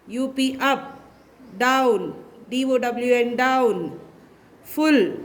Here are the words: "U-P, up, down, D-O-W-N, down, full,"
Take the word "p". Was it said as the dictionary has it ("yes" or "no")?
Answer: yes